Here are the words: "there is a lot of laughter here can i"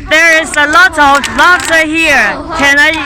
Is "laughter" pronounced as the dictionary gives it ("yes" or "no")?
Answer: no